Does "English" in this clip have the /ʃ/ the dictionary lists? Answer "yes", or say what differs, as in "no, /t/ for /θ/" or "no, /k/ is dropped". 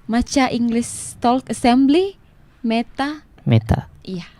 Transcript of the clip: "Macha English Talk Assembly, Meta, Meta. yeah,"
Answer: no, /s/ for /ʃ/